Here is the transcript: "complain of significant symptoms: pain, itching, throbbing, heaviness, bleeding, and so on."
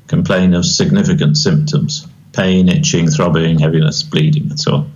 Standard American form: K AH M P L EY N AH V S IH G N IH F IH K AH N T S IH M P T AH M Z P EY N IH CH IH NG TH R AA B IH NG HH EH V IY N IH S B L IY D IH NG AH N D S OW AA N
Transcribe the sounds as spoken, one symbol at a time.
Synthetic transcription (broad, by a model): K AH M P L EY N AH V S IH G N IH F IH K AH N T S IH M P T AH M Z P EY N IH CH IH NG TH R AA B IH NG HH EH V IY N IH S B L IY D IH NG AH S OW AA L